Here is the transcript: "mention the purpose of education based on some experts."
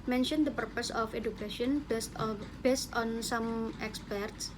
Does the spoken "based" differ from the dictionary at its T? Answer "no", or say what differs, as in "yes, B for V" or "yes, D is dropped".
no